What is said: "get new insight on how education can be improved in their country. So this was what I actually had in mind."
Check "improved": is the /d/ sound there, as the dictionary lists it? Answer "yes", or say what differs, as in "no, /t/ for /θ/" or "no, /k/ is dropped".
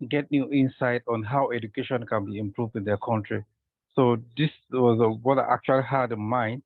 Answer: yes